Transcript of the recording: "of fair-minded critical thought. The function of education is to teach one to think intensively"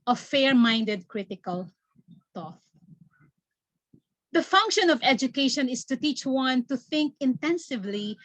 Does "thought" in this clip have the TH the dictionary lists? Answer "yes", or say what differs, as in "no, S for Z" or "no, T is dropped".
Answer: no, T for TH